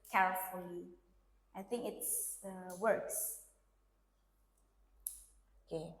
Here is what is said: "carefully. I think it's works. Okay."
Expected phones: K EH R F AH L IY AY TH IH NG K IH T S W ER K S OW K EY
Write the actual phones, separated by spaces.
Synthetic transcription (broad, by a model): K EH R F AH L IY AY TH IH NG K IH T S W ER K S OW K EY